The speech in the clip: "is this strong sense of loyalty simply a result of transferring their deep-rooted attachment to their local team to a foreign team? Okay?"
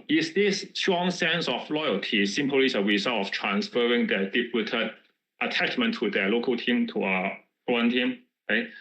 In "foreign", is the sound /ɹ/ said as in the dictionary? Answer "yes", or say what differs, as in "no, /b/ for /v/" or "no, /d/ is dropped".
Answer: no, /ɹ/ is dropped